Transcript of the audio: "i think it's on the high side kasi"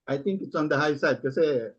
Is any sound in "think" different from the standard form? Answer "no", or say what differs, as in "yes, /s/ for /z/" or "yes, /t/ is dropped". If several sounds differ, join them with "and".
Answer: yes, /t/ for /θ/